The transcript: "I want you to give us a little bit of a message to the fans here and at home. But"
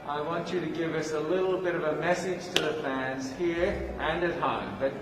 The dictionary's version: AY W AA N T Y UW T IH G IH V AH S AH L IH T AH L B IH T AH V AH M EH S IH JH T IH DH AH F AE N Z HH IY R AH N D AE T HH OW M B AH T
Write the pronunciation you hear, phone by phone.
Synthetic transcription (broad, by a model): AY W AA N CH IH T IH G IH V AH S AH L IH T L B IH T AH V AH M EH S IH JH T IH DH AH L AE N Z HH IY R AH N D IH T HH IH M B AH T